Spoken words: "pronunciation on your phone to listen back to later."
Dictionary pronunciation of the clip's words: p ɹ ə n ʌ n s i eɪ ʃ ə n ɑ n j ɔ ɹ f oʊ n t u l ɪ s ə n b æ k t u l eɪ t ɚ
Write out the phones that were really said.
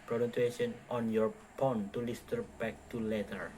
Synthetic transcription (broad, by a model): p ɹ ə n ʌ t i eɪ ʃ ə n ɑ n j ɔ ɹ p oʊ n t u l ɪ s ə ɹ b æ k t u l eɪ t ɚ